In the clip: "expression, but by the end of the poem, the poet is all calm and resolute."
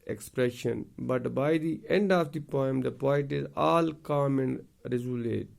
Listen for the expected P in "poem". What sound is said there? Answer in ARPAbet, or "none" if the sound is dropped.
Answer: P